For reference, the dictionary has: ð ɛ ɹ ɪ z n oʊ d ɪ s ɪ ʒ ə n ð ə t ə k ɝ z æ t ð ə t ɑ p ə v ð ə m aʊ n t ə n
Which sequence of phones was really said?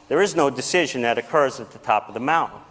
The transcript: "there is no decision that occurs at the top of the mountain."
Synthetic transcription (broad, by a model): ð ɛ ɹ ɪ z n oʊ d ɪ s ɪ ʒ ə n ð ə t ə k ɝ z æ t ð ə t ɑ p ə v ð ə m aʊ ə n